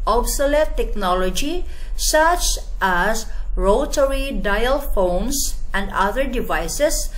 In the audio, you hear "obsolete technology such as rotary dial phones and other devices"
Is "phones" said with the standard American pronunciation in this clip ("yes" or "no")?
no